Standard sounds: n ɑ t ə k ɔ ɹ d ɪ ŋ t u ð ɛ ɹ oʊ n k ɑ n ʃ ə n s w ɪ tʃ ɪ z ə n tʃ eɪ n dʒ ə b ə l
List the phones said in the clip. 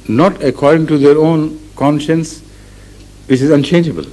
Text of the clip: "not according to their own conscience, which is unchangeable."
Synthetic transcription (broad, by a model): n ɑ t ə k ɔ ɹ d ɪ ŋ t u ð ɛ ɹ oʊ n k ɑ n ʃ ə n s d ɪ s ɪ z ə n tʃ eɪ n dʒ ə b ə l